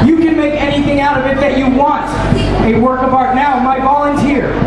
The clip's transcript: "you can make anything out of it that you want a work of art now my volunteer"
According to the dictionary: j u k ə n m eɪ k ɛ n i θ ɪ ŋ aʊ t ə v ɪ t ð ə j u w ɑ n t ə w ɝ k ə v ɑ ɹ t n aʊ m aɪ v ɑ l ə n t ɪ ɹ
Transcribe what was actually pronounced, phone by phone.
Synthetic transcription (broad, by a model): j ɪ k ə n m eɪ k ɛ n i θ ɪ ŋ aʊ t ə v ɪ t ð ə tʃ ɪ w ɑ n t ə w ɝ k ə b ɑ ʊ t n aʊ m aɪ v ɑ l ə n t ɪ ɹ